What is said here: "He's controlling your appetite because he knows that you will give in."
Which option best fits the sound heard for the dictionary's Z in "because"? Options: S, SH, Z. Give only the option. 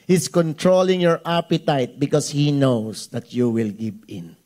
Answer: S